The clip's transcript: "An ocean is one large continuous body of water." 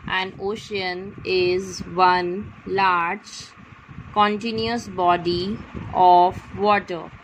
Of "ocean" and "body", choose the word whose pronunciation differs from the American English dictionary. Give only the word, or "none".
none